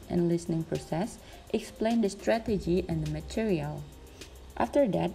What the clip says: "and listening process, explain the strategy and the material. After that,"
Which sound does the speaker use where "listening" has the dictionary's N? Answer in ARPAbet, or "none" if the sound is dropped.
N